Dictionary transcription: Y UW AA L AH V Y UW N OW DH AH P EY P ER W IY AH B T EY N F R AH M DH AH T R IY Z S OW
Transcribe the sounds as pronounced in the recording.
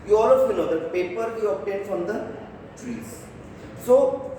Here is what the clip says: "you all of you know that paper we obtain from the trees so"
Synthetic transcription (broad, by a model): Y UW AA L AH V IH L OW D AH P EY P ER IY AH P T EY N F R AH M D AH T R IY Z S OW